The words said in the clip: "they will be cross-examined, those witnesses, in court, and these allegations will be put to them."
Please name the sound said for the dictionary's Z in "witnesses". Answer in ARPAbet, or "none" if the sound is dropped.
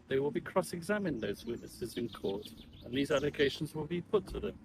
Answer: Z